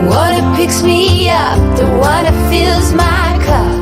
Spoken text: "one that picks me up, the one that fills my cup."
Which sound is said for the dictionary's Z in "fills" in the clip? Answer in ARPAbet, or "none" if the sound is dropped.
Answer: Z